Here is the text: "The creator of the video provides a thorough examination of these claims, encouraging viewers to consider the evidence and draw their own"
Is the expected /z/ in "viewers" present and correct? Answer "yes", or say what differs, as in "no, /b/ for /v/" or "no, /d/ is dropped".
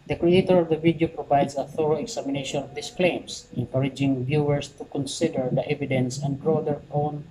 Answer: no, /s/ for /z/